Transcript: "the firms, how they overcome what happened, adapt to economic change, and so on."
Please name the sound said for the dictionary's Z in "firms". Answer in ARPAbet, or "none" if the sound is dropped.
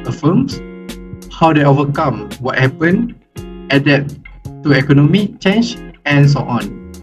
S